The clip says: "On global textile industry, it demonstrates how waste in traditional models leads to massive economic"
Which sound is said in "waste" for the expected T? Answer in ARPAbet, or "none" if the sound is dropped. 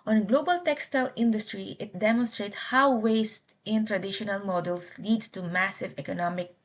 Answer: T